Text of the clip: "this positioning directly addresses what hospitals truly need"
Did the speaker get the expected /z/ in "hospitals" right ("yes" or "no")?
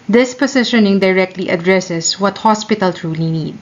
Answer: no